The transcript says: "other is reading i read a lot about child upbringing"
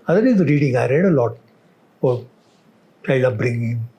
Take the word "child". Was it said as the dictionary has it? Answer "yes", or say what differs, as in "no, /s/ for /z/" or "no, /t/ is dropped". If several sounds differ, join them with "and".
no, /d/ is dropped